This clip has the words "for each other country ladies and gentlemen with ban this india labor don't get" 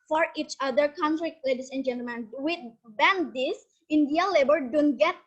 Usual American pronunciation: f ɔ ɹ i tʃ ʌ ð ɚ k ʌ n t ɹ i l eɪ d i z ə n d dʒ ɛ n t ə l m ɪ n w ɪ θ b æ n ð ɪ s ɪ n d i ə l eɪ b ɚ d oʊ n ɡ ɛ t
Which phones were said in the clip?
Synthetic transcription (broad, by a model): f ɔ ɹ i tʃ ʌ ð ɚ k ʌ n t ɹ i l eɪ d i s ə n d dʒ ɛ n t ə l m ɪ n w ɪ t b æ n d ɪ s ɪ n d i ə l eɪ b ɚ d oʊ n ɡ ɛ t